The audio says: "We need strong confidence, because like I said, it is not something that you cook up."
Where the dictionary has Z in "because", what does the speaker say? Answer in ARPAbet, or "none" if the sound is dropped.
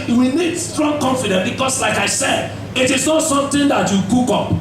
S